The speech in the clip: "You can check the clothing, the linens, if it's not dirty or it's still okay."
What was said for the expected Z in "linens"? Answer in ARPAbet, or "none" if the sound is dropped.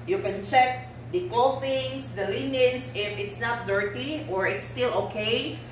S